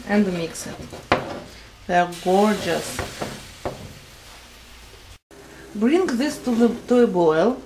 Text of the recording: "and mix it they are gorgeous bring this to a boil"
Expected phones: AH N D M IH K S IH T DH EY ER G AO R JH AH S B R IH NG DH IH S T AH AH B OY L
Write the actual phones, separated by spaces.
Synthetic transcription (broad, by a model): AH N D M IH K S IH T DH EY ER G AO R JH AH S B R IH NG DH IH S T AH AH B OY L